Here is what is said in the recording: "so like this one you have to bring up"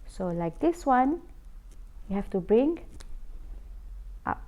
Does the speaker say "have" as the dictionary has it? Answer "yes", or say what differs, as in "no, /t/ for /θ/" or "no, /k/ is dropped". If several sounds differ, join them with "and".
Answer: no, /f/ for /v/